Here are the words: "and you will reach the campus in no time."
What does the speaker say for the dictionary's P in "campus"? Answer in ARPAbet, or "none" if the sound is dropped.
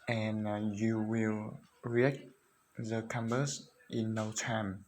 B